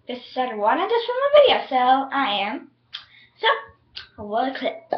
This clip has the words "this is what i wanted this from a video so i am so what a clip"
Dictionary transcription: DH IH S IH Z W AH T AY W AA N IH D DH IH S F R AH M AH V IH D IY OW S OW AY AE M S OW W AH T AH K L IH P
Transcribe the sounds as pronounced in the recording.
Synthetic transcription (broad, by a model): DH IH S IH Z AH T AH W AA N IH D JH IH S F R AH M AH V IH D IY OW S OW AY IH M S OW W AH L AH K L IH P